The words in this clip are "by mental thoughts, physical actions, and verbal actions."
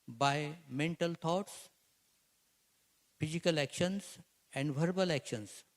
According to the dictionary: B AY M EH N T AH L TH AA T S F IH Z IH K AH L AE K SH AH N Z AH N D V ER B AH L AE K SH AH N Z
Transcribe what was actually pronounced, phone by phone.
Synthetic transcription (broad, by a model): B AY M EH N T AH L T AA T S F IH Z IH K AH L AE K SH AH N S AH N D V ER B AH L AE K SH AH N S